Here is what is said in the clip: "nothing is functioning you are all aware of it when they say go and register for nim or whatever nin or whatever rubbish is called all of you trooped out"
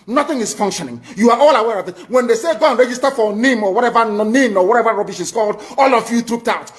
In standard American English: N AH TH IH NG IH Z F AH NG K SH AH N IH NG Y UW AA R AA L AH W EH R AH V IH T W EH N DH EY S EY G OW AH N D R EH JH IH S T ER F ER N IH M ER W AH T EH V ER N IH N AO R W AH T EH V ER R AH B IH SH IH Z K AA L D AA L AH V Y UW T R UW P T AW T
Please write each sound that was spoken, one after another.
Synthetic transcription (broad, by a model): N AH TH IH NG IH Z F AH NG K SH AH N IH NG Y UW AA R AA L AH W EH R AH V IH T W EH N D EY S EY G OW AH N R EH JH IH S T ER F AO N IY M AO W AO T EH V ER N IH N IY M W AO T EH V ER R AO B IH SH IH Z K AA L D AA L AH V Y UW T R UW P T AW T